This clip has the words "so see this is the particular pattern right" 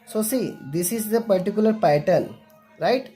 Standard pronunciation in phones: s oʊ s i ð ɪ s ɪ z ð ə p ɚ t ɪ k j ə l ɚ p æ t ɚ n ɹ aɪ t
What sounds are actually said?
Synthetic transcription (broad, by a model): s oʊ s i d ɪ s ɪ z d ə p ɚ t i k j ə l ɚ p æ t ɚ l ɹ aɪ t